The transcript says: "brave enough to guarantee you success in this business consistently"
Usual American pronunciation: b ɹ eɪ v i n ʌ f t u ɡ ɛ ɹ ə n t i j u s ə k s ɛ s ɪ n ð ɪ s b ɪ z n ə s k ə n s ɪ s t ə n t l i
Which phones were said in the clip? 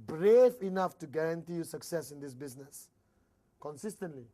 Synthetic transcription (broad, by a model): b ɹ eɪ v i n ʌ f t u ɡ ɛ ɹ ə n t i j u s ə k s ɛ s ɪ n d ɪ s b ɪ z n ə s k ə n s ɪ s t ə n t l i